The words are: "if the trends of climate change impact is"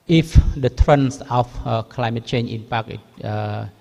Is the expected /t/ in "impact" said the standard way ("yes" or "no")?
no